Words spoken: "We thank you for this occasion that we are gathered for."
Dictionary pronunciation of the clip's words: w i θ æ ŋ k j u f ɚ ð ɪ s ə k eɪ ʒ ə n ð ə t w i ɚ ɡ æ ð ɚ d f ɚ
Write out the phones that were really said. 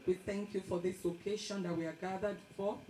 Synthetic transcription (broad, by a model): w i θ æ ŋ k j u f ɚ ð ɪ s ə k eɪ ʃ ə n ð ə t w i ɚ ɡ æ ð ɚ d f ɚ